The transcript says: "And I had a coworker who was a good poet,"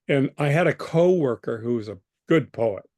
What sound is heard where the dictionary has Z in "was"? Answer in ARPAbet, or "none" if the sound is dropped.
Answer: Z